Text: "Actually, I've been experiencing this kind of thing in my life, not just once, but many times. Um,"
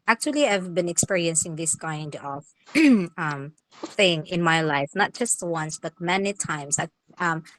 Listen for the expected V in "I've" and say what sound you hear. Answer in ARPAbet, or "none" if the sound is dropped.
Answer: V